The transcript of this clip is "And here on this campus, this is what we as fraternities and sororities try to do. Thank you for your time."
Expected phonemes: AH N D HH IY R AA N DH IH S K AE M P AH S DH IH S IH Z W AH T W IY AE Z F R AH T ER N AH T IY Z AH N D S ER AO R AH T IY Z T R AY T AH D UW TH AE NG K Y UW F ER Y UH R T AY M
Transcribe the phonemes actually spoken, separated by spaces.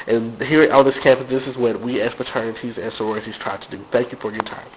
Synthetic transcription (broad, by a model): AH N HH IY R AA DH IH S K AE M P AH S DH IH S IH Z W AH T W IY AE S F AH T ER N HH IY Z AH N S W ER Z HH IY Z T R AY T AH D UW TH AE NG K Y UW F ER Y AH R T AY M